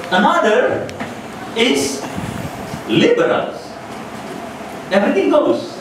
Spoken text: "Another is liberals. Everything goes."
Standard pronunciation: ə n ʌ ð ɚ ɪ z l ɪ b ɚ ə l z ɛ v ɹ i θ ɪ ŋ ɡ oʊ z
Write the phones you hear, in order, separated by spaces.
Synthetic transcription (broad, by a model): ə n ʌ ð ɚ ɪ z l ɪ b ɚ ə l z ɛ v ɹ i t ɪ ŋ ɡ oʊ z